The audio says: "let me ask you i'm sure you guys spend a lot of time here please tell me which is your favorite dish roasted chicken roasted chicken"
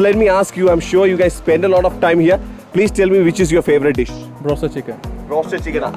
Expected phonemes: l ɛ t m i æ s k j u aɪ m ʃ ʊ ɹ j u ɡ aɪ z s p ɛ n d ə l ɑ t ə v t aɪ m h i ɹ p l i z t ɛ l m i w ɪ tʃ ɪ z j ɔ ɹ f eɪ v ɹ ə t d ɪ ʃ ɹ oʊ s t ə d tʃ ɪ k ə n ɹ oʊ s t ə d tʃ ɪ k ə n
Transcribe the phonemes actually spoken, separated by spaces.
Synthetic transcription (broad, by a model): l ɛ t m i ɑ s k j u aɪ m ʃ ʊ ɹ j u ɡ aɪ z s p ɛ n d ə l ɑ t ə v t aɪ m h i ɹ p l i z t ɛ l m i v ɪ tʃ ɪ z j ɔ ɹ f eɪ v ɹ ə t d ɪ ʃ ɹ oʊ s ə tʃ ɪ k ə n ɹ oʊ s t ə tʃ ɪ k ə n